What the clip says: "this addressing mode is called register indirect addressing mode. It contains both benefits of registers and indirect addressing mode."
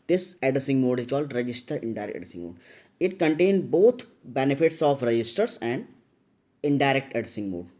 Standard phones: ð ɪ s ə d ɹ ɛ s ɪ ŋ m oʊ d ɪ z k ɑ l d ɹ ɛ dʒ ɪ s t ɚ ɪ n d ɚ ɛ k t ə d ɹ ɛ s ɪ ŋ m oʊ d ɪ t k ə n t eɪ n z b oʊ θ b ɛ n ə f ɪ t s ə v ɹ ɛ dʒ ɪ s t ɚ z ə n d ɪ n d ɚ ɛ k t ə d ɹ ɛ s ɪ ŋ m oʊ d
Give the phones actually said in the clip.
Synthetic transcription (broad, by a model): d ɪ s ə d ɪ s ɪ ŋ m oʊ d ɪ z k ɑ l d ɹ ɛ dʒ ɪ s t ɚ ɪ n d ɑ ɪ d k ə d ɪ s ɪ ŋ m oʊ d ɪ t k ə n t eɪ n b oʊ t b ɛ n ə f ɪ t s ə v ɹ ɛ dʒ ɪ s t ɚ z ə n d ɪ n d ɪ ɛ k t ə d ɪ s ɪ ŋ m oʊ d